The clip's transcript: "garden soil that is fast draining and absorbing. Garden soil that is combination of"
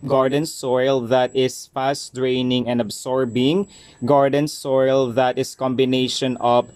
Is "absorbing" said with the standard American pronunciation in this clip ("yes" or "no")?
no